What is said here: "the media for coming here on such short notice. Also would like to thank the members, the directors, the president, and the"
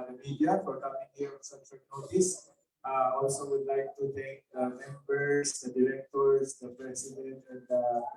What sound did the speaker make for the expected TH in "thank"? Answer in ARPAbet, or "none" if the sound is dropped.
T